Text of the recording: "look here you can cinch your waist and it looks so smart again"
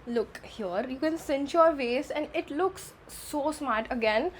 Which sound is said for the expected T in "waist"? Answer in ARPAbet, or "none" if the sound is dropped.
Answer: none